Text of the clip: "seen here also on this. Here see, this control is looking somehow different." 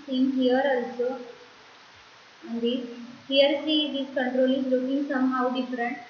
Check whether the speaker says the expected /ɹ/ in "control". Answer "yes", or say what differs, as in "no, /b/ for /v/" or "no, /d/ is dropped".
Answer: yes